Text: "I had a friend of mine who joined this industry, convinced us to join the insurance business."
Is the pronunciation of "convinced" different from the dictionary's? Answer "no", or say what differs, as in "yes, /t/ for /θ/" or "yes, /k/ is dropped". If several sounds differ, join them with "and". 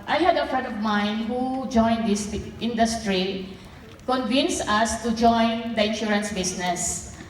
yes, /t/ is dropped